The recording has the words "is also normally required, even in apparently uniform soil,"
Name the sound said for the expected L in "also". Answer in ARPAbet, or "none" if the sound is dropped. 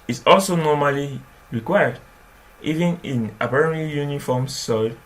L